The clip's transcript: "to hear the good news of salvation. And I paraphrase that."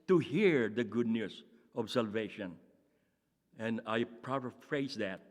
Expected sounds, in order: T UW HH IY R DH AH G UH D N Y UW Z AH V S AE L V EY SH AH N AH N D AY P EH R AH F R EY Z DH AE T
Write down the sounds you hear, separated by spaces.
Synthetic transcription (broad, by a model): T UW HH IY R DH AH G UH D N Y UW S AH B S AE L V EY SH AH N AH N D AY P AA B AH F R EY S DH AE T